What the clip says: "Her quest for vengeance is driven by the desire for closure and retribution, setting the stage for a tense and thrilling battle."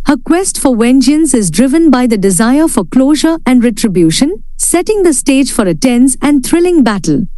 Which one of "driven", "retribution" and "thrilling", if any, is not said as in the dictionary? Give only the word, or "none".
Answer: thrilling